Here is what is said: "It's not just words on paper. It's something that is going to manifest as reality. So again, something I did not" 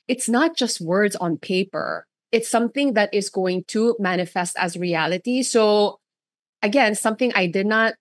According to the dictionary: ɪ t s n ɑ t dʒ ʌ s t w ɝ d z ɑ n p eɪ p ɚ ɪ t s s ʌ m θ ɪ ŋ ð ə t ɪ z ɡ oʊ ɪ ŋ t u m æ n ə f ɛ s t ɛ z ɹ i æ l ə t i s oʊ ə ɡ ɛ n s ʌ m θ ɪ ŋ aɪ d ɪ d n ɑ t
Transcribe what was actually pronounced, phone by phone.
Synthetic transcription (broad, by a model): ɪ t s n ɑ t dʒ ʌ s t w ɝ d z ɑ n p eɪ p ɚ ɪ t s s ʌ m θ ɪ ŋ ð ə t ɪ z ɡ oʊ ɪ ŋ t u m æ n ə f ɛ s t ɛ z ɹ i æ l ə t i s oʊ ə ɡ ɛ n s ʌ m θ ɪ ŋ aɪ d ɪ d n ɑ t